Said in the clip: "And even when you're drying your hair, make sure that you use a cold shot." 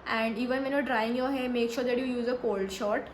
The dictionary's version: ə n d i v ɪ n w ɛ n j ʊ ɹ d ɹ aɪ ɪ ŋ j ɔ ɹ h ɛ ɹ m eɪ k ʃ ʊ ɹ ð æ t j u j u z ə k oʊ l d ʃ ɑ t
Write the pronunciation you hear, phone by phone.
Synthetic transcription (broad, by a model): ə n d i v ɪ n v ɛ n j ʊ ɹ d ɹ aɪ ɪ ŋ j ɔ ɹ h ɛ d m eɪ k ʃ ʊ ɹ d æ t j u j u z ə k oʊ l d ʃ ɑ t